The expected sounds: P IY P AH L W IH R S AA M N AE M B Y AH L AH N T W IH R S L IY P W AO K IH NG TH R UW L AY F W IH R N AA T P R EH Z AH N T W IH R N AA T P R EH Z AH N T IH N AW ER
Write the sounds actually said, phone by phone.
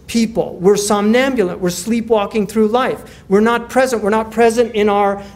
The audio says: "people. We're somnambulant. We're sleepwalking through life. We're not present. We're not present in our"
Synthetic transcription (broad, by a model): P IY P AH L W IH R S AA M N AE M B Y AH L AH N T W IH R S L IY P W AO K IH NG TH R UW L AY F W IH R N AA T P R EH Z AH N T W IH R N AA T P R EH Z AH N T IH N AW ER